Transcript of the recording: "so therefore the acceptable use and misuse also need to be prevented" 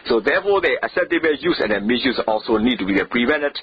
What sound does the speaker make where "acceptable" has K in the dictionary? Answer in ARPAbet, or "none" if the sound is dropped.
none